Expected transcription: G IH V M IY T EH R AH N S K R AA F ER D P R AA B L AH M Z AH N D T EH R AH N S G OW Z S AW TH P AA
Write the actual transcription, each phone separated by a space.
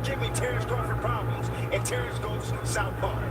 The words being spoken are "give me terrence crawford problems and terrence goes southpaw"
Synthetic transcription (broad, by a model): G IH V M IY T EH R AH S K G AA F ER P R AA B L AH M Z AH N T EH R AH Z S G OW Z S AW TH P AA